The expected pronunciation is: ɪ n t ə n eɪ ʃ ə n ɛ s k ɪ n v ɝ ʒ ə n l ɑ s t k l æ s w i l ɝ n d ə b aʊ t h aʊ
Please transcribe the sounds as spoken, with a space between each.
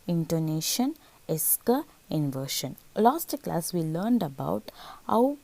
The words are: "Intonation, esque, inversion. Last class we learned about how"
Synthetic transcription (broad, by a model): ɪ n t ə n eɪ ʃ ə n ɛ s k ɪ n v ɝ ʃ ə n l ɑ s t k l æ s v i l ɝ n d ə b aʊ t h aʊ